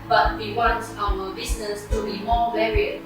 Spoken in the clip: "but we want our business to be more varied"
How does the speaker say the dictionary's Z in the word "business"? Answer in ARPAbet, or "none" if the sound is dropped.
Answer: S